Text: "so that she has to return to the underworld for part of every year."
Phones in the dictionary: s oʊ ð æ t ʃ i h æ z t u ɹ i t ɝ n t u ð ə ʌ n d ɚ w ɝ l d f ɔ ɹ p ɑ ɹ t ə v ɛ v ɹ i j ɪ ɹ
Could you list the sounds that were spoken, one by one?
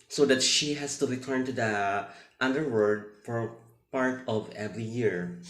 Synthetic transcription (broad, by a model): s oʊ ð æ t ʃ i h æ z t u ɹ i t ɝ n t u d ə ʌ n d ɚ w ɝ d f ɔ ɹ p ɑ ɹ t ə v ɛ v ɹ i j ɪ ɹ